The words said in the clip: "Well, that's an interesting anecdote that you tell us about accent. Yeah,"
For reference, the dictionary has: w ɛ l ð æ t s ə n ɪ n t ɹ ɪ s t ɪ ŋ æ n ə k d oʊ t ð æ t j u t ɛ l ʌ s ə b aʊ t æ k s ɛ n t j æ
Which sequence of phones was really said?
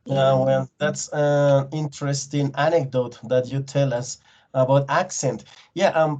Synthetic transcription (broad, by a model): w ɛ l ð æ t s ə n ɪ n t ɹ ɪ s t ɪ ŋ æ n ə k d oʊ t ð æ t j u t ɛ l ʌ s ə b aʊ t æ k s ɛ n t j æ